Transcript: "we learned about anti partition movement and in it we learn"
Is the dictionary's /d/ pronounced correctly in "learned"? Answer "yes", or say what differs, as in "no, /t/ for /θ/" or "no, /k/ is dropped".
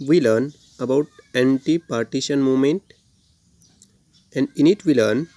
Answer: no, /d/ is dropped